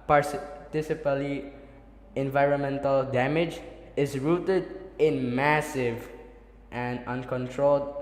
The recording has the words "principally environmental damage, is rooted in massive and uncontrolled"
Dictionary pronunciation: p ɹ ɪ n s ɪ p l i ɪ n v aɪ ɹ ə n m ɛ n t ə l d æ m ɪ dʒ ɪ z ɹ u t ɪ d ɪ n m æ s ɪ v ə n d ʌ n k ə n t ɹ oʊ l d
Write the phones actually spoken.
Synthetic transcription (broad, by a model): p ɹ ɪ s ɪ p l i ɪ n v aɪ ɹ ə n m ɛ n t ə l d æ m ɪ dʒ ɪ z ɹ u t ɪ d ɪ n m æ s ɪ v ə n d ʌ n k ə n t ɹ oʊ l d